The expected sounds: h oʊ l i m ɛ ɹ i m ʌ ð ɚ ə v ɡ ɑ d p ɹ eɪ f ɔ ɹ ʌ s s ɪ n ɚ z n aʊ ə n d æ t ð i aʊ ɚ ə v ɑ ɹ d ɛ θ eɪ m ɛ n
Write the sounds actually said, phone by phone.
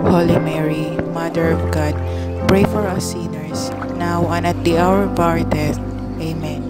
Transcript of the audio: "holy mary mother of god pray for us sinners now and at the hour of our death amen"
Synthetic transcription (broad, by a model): h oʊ l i m ɛ ɹ i m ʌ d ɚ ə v ɡ ɑ d p ɹ eɪ f ɔ ɹ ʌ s s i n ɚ s n aʊ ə n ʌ t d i aʊ ɚ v ɑ ɹ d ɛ t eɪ m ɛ n